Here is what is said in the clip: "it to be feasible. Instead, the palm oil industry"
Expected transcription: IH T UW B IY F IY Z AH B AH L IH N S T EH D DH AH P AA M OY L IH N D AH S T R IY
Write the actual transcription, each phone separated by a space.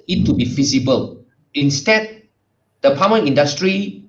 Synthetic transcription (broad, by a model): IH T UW B IY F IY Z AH B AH L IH N S T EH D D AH P AA M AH N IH N D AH S T R IY